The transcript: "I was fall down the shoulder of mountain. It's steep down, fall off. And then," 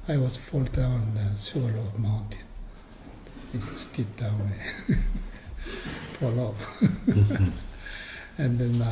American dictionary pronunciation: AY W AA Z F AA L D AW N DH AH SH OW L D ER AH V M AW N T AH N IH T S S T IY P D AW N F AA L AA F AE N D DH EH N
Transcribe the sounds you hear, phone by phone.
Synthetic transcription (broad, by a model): AY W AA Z F AA L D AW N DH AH S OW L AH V M AW N T AH N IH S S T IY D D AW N F AA L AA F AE N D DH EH N